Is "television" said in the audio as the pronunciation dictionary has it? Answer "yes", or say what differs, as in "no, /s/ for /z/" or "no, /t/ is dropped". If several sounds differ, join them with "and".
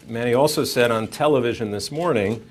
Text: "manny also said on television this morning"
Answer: yes